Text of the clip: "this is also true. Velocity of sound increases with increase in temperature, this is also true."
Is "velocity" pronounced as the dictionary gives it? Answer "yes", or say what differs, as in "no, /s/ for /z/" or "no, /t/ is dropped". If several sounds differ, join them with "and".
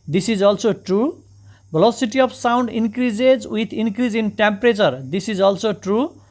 no, /b/ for /v/